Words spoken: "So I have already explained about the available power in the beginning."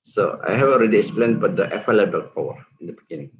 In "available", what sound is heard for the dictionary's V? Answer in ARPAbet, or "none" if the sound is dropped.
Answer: F